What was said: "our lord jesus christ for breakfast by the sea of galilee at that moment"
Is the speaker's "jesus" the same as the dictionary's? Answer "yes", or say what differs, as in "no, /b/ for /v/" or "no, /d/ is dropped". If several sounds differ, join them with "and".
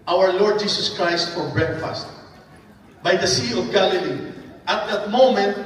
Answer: no, /s/ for /z/